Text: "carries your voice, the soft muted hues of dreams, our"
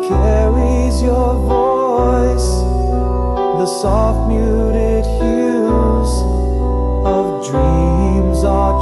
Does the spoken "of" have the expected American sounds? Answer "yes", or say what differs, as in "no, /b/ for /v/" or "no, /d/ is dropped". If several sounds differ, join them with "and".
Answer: yes